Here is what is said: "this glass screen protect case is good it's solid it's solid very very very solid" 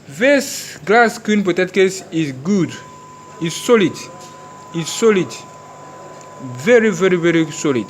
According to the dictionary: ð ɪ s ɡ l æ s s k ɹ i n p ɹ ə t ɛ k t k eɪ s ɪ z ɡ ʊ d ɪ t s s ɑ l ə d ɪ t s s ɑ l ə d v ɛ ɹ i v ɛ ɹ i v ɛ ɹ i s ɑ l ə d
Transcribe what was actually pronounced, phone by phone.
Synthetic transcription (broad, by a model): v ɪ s ɡ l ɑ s s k i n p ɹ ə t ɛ t k eɪ s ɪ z ɡ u d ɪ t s s ɑ l ə d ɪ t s s ɑ l ə d v ɛ ɹ i v ɛ ɹ i v ɛ ɹ i s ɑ l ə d